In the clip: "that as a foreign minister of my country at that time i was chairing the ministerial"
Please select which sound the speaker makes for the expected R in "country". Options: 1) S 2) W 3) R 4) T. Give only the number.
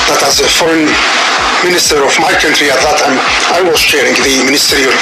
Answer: 3